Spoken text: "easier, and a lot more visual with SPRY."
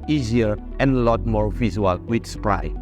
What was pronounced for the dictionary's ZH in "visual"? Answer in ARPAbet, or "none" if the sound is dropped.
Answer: Z